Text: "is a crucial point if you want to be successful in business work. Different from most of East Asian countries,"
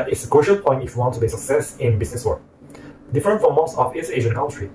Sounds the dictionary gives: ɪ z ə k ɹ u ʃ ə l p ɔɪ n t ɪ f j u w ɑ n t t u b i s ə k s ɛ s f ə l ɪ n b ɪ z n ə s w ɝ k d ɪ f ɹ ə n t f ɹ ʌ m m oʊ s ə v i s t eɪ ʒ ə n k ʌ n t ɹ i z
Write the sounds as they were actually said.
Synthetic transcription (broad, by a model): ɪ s ə k ɹ u ʃ ə l p ɔɪ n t ɪ f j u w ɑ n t t u b i s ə k s ɛ s ɪ n b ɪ s n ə s w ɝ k d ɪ f ɹ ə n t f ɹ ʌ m m oʊ s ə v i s eɪ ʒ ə n k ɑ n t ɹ i